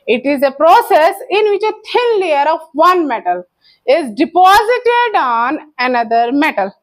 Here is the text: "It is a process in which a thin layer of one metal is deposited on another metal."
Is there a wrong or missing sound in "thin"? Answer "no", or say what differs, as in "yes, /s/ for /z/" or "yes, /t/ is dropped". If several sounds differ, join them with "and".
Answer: yes, /t/ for /θ/